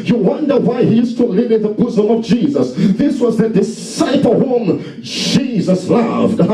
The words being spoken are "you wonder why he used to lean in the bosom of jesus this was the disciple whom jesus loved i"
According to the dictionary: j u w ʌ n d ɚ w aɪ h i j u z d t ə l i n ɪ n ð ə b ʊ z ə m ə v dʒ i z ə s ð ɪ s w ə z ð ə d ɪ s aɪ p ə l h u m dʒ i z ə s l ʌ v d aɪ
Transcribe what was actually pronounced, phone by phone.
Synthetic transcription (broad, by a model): j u w ʌ n d ɚ w aɪ h i j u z t ə l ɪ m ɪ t ð ə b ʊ z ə m ə v dʒ i z ə s ð ɪ s w ə z ð ə d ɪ s aɪ p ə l h u m dʒ i z ə s l ʌ v d